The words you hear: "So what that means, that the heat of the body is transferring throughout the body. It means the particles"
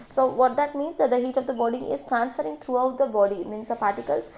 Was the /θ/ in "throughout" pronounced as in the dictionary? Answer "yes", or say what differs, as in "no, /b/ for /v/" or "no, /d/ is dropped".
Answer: no, /t/ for /θ/